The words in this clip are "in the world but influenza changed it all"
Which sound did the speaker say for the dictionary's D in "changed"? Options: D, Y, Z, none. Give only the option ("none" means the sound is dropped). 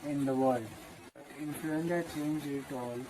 none